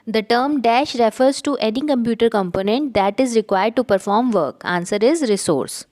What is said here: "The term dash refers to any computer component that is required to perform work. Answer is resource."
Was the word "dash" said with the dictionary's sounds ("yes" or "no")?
yes